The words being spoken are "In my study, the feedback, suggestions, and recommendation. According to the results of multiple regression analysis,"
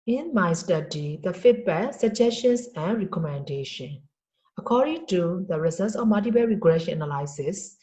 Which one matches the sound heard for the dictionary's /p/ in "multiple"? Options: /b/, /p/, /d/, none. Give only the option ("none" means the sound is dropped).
/b/